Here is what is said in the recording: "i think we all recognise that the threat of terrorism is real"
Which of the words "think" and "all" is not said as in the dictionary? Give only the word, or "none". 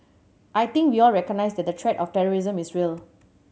think